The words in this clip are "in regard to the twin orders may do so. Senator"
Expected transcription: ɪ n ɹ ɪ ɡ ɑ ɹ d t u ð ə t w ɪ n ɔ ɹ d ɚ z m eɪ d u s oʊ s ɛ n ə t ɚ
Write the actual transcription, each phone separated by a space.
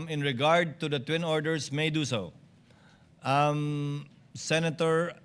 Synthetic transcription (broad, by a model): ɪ n ɹ ɪ ɡ ɑ ɹ d t u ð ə t w ɪ n ɔ ɹ d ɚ s m eɪ d u s oʊ s ɛ n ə t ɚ